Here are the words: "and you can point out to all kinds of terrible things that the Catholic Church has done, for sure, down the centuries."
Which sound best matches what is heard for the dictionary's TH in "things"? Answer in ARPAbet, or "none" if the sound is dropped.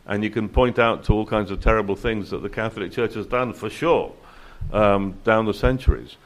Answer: TH